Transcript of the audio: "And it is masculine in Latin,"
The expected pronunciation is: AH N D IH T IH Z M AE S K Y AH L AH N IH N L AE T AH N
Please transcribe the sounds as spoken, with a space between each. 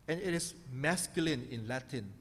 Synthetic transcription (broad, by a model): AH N IH T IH S M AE S K Y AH L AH N IH N L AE T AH N